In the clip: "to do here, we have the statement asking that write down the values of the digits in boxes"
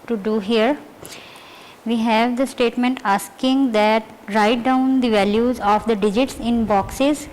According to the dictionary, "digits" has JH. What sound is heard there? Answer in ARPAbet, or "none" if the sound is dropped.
JH